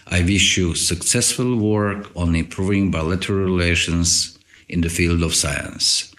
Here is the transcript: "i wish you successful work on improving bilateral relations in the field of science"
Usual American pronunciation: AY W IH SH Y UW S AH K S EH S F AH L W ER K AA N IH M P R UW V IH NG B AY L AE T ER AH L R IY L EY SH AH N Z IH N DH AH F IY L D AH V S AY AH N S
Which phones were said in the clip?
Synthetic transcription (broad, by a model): AY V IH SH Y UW S AH K S EH S F AH L W ER K AA N IH M P R UW V IH NG B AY L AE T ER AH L R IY L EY SH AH N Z IH N DH AH F IY L D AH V S AY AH N S